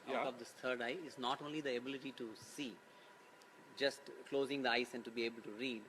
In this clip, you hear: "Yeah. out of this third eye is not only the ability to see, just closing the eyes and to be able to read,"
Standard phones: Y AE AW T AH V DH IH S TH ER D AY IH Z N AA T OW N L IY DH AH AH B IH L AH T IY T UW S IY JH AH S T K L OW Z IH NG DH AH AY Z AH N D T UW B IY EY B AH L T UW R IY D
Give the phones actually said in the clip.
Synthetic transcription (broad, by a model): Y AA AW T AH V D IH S T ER D AY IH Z N AA T OW N L IY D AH AH B IH L AH T IY T UW S IY JH AH S T K L OW Z IH NG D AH AY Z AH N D T UW B IY EY B AH L T UW R IY D